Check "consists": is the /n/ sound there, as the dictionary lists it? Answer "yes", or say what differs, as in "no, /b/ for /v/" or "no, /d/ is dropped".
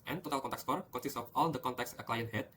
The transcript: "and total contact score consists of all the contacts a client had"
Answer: no, /n/ is dropped